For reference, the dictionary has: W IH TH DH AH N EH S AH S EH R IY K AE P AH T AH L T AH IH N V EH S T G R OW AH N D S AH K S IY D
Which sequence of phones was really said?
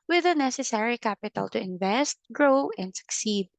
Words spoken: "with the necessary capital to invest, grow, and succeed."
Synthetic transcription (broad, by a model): W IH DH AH N EH S AH S EH R IY K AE P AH T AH L T AH IH N V EH S T G R OW AH N D S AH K S IY D